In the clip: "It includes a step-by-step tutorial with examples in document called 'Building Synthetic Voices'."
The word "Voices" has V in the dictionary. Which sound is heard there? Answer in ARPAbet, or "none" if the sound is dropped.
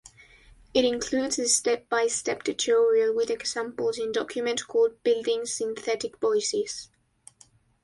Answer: B